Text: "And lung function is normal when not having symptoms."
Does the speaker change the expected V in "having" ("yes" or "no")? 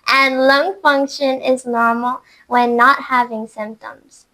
no